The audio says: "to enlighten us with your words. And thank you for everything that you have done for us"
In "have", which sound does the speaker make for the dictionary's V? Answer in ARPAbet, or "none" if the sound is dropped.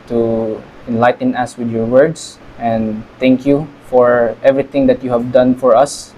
V